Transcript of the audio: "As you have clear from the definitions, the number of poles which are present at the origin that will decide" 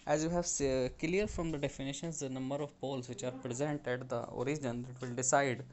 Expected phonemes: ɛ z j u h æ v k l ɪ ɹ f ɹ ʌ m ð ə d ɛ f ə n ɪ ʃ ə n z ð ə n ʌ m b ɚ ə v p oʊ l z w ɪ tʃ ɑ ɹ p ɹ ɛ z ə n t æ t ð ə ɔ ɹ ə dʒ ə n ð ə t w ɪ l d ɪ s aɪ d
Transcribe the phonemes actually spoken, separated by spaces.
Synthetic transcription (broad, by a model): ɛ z j u h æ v k l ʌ ɹ f ɹ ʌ m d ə d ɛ f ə n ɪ ʃ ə n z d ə n ʌ m b ɚ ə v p oʊ l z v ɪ tʃ ɑ ɹ p ɹ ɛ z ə n t æ t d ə ɔ ɹ ə dʒ ə n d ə t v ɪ l d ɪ s aɪ d